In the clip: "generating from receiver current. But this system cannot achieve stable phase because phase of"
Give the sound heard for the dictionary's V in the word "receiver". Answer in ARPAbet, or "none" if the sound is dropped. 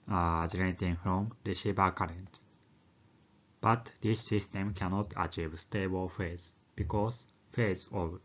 B